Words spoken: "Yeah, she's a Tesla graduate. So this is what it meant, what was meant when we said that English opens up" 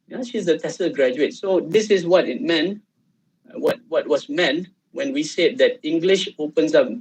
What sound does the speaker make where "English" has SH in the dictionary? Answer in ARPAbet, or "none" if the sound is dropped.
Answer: SH